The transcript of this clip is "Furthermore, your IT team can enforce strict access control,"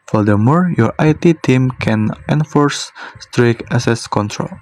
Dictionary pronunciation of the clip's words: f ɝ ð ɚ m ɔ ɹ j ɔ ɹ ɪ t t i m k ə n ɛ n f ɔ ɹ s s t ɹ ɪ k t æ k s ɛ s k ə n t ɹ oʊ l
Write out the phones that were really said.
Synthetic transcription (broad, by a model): f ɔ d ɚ m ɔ ɹ j ɔ ɹ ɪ t t i m k ə n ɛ n f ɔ ɹ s s t ɹ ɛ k æ s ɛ s k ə n t ɹ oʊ l